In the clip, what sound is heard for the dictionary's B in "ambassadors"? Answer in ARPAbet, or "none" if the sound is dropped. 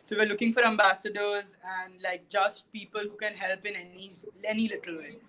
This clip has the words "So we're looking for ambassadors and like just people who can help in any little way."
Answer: B